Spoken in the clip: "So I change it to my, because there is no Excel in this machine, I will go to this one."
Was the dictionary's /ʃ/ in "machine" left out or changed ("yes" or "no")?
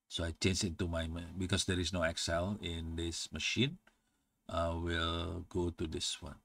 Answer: no